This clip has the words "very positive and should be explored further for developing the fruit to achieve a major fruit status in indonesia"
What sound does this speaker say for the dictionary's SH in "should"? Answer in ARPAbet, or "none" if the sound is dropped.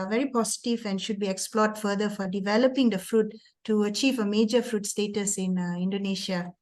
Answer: SH